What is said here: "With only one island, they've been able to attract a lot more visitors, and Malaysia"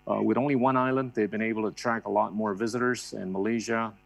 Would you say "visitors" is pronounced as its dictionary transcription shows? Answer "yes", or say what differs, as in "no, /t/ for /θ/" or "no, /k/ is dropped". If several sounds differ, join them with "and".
yes